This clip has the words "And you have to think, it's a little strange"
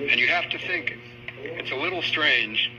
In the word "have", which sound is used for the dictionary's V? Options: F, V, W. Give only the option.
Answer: F